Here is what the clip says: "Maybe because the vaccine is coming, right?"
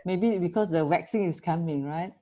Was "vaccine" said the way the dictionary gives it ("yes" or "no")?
no